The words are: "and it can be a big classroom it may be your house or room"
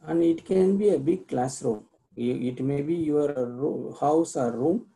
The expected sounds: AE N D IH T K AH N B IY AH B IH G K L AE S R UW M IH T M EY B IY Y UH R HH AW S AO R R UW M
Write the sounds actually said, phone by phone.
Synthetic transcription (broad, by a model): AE N D IH T K AH N B IY AH B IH G K L AE S R UW M IH T M EY B IY Y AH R HH AW S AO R R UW M